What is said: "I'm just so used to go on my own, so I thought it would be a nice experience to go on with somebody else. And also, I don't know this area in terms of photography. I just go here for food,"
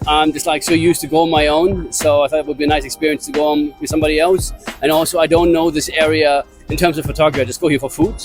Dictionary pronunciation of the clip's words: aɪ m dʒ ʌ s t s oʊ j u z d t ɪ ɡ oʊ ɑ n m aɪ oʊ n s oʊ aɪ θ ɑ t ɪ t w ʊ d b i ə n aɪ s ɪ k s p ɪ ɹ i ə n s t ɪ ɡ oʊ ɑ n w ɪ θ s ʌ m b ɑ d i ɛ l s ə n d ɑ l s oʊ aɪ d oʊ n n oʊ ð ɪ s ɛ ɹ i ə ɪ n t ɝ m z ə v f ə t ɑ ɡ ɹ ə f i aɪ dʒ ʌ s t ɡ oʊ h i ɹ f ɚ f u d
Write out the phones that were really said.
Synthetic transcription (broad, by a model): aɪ m dʒ ʌ s t s oʊ j u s t ɪ ɡ oʊ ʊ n m aɪ oʊ n s oʊ aɪ θ ɑ t ɪ t w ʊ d b i ə n aɪ s ɪ k s p ɪ ɹ i ə n s t ɪ ɡ oʊ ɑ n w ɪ s ʌ m b ɑ d i ɛ l s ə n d ɑ l s oʊ aɪ d oʊ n n oʊ ð ɪ s ɛ ɹ i ə ɪ n t ɝ m z ə v f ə t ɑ ɡ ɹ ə i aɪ dʒ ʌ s ɡ oʊ h i ɹ f ɚ f u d